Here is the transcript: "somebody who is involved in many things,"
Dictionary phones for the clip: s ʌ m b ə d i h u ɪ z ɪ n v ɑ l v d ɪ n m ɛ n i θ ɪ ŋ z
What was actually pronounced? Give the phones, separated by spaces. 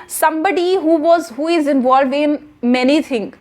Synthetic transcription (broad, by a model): s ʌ m b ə d i h u ɪ z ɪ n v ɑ l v ɪ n m ɛ n i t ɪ ŋ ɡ